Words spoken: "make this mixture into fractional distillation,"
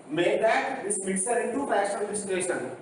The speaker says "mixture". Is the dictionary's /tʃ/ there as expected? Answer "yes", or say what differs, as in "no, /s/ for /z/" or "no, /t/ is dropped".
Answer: no, /tʃ/ is dropped